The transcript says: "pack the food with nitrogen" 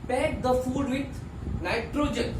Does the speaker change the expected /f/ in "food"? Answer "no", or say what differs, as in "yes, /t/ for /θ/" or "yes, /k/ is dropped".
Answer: no